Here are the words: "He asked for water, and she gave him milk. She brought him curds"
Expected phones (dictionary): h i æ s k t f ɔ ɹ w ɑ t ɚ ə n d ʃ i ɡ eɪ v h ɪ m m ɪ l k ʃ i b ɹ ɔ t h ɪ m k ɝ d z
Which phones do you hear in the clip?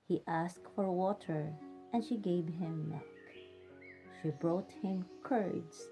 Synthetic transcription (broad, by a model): h i æ s k t f ɔ ɹ w ɑ t ɚ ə n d ʃ i ɡ eɪ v h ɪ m m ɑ k ʃ i b ɹ ɔ t h ɪ m k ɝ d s